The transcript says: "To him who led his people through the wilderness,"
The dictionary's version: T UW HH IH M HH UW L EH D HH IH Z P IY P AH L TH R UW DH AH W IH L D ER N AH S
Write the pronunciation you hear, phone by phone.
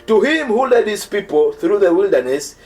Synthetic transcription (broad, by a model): T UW HH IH M HH UW L EH D HH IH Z P IY P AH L TH R UW DH AH W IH L D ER N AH S